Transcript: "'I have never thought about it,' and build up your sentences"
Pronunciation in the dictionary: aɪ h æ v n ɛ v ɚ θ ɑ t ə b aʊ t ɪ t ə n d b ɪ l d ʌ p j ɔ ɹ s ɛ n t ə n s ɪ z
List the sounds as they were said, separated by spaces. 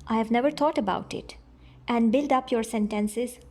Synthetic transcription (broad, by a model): aɪ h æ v n ɛ v ɚ t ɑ t ə b aʊ t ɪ t ə n d b ɪ l d ʌ p j ɔ ɹ s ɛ n t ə n s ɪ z